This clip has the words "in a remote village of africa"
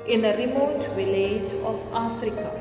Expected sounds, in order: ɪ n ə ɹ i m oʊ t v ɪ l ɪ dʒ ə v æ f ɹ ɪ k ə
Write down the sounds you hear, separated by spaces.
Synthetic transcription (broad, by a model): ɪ n ə ɹ i m oʊ t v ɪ l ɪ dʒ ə f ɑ f ɹ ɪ k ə